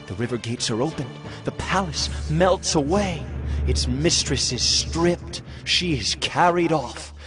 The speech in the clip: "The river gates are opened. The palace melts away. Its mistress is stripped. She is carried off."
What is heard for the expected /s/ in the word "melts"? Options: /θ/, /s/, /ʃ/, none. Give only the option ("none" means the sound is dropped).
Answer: /s/